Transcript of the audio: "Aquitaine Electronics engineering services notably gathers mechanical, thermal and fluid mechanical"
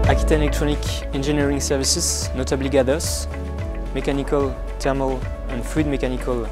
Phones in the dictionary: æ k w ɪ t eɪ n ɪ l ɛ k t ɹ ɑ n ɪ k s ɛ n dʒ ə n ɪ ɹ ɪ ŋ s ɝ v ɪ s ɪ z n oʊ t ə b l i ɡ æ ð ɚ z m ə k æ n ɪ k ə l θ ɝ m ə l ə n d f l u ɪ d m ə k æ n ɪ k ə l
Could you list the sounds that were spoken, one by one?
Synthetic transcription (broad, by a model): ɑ k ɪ t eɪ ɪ l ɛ k t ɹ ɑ n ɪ k ɛ n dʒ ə n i ɹ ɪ ŋ s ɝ v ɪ s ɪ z n oʊ t ə b l i ɡ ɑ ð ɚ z m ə k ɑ n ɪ k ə l t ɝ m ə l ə n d f u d m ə k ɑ n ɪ k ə l